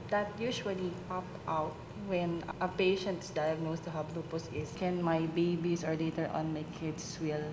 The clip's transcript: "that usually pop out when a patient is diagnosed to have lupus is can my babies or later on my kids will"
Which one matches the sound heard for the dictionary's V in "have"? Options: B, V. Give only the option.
B